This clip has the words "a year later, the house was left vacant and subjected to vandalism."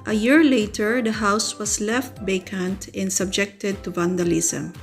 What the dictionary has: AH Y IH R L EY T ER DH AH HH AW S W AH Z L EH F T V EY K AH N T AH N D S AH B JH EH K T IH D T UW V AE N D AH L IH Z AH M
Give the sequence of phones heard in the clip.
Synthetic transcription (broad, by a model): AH Y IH R L EY T ER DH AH HH AW S W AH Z L EH F T B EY K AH N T AH N D S AH B JH EH K T IH D T UW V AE N D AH L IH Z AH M